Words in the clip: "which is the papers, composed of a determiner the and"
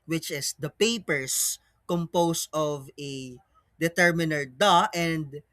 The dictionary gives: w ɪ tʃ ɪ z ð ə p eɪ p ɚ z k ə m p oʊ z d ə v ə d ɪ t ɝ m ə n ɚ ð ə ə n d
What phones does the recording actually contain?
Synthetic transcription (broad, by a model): w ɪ tʃ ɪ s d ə p eɪ p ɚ s k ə m p oʊ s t ə v ə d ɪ t ɝ m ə n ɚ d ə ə n d